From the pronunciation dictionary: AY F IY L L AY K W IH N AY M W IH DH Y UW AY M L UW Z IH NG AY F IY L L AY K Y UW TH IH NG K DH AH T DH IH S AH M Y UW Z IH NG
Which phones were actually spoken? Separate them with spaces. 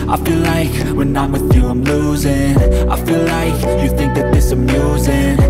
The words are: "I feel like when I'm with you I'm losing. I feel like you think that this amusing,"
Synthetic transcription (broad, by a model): AY F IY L L AY K W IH N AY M W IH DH Y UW AY M L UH Z IH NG AY F IY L L AY K Y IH TH IH NG K DH AH T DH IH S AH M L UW Z IH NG